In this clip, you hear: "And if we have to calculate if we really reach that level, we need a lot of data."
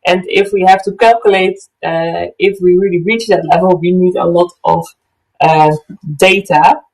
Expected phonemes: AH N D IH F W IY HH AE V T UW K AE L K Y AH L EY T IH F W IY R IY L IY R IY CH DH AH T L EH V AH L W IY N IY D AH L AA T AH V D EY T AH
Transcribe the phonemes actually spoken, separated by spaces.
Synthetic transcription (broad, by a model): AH N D IH F W IY HH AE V T UW K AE L K Y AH L EY T IH F W IY R IY L IY R IY CH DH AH T L EH V AH L W IY N IY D AH L AA T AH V D EY T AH